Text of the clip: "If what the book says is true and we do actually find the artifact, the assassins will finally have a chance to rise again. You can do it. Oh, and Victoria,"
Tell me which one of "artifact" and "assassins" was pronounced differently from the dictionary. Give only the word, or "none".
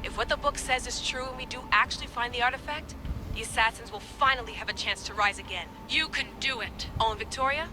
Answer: none